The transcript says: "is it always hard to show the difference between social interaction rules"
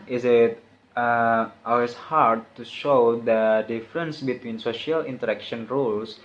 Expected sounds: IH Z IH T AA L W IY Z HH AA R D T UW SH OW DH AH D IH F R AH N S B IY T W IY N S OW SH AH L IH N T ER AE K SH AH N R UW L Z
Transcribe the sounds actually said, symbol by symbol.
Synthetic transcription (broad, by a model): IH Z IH T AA L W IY S HH AA R D T UW SH OW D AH D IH F R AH N S B IY T W IY N S OW SH AH L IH N T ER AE K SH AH N R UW L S